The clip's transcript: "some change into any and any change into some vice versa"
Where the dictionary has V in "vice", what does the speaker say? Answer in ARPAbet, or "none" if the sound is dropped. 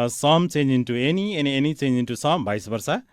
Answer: B